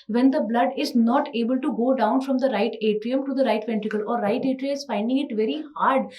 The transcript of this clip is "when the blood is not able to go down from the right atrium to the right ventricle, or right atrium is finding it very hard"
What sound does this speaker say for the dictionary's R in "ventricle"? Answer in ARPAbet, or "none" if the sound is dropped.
none